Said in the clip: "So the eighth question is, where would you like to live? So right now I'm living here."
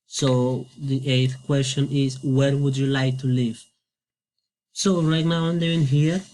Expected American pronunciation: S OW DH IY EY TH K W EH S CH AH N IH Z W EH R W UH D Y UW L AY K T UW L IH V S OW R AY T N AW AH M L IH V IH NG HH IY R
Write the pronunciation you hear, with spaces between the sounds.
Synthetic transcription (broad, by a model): S OW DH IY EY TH K W EH S CH AH N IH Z W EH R W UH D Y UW L AY K T UW L IH V S OW R AY T N AW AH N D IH IH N HH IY R